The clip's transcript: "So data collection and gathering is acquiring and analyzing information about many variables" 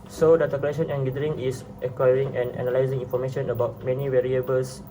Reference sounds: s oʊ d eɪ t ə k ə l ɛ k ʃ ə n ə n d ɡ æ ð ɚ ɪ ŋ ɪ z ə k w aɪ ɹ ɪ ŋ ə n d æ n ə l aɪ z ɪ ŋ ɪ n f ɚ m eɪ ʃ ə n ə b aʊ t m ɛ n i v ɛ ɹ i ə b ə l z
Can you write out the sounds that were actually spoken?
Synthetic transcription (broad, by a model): s oʊ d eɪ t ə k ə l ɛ ʃ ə n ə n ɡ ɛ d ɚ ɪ ŋ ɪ s ə k w aɪ ɹ ɪ ŋ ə n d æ n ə l aɪ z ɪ ŋ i n f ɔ m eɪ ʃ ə n ə b aʊ t m ɛ n i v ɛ ɹ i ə b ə l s